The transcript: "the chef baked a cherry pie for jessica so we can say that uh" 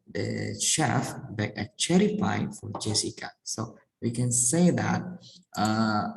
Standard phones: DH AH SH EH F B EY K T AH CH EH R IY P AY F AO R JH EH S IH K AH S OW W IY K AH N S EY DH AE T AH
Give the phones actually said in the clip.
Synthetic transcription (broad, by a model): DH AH SH EH F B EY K AH CH EH R IY F AY F AO R JH EH S IH K AH S OW W IY K AH N S EY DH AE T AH